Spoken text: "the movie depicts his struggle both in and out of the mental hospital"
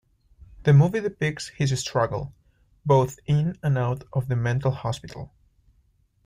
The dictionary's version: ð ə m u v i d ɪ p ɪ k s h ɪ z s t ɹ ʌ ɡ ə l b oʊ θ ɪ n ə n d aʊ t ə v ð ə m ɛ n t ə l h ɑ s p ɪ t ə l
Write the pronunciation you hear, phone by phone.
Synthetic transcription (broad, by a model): ð ə m u v i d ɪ p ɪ k s h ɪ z s t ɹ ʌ ɡ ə l b oʊ θ ɪ n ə n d aʊ t ə v ð ə m ɛ n t l h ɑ s p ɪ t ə l